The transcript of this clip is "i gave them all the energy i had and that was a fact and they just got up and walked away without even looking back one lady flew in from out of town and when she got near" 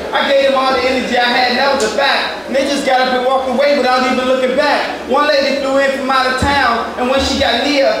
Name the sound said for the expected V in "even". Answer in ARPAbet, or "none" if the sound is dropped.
V